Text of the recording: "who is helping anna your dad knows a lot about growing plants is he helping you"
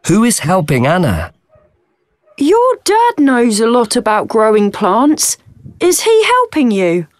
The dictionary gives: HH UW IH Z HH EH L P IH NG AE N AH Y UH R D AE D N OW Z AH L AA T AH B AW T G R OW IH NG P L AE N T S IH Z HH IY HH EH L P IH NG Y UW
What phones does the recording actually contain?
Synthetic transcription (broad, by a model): HH UW IH Z HH EH L P IH NG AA N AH Y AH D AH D N OW Z AH L AA T AH B AW T G R OW IH NG P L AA N T S IH Z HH IY HH EH L P IH NG Y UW